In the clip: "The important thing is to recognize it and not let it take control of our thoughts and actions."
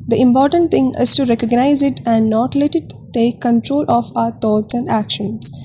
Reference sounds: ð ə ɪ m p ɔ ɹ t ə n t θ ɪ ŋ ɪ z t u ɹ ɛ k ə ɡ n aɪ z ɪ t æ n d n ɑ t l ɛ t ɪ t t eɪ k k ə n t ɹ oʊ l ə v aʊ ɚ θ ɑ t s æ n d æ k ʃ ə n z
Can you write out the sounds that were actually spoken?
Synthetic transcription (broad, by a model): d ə ɪ m p ɔ ɹ t ə n t t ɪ ŋ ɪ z t u ɹ ɛ k ə ɡ n aɪ z ɪ t æ n d n ɑ t l ɛ t ɪ t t eɪ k k ə n t ɹ oʊ l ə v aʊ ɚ t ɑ t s æ n d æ k ʃ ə n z